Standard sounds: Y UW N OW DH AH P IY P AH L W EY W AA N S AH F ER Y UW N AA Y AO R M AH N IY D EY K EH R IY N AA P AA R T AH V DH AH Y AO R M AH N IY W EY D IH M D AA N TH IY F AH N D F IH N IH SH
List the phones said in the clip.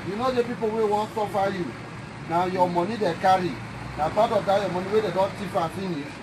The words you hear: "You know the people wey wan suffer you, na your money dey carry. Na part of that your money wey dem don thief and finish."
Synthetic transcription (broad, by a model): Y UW N OW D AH P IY P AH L W EY W AA N S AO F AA Y UW N AA Y AO M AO N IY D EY K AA R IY N AA B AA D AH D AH Y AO M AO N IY W EY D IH D AA N T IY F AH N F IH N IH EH